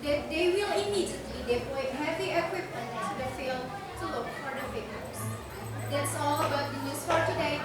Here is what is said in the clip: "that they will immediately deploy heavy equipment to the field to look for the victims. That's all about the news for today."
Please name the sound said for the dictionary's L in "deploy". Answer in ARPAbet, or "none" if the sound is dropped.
none